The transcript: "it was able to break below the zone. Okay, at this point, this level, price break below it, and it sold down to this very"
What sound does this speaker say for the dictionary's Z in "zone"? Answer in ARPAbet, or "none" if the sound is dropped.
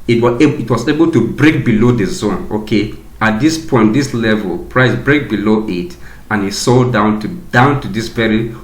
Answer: Z